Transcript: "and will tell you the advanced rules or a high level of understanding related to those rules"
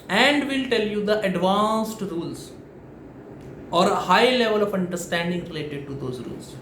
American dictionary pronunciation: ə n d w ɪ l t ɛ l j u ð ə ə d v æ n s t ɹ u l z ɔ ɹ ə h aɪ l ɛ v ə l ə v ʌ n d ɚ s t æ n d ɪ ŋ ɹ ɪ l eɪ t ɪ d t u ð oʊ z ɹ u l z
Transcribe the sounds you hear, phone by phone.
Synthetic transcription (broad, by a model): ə n d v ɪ l t ɛ l j u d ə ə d v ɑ n s t ɹ u l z ɔ ɹ ə h aɪ l ɛ v ə l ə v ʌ n d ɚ s t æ n d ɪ ŋ ɹ ɪ l eɪ t ɪ d t u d oʊ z ɹ u l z